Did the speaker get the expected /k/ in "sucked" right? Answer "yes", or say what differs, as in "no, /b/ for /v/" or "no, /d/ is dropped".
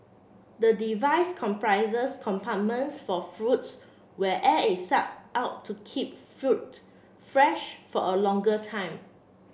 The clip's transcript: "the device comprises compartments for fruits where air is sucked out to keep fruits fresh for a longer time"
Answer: no, /k/ is dropped